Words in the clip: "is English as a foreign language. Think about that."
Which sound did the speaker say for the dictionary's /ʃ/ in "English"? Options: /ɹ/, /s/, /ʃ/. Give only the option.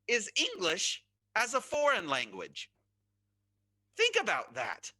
/ʃ/